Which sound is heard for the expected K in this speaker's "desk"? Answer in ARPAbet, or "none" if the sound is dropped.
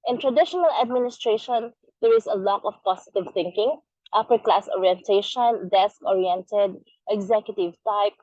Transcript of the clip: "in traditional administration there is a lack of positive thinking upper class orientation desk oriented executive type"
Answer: K